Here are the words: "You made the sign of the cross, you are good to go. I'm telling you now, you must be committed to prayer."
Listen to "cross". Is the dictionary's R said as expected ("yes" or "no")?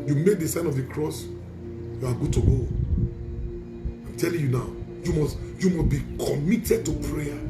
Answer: yes